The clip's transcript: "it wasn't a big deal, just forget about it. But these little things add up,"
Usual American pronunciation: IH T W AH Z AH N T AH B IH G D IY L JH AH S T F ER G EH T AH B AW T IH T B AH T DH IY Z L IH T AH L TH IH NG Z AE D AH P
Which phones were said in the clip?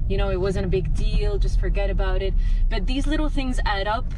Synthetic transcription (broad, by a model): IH T W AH Z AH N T AH B IH G D IY L JH AH S T F ER G EH T AH B AW T IH T B AH T DH IY Z L IH T L TH IH NG Z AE D AH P